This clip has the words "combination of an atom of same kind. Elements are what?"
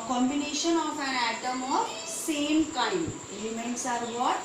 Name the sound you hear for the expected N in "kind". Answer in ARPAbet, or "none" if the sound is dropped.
none